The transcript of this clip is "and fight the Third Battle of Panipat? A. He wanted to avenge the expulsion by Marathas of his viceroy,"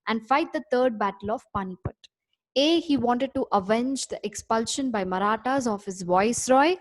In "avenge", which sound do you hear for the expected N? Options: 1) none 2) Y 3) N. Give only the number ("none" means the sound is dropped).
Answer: 3